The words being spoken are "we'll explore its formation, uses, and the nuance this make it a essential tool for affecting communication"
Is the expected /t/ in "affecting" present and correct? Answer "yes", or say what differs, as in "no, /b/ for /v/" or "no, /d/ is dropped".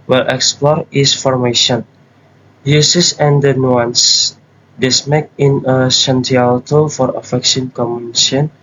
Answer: no, /s/ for /t/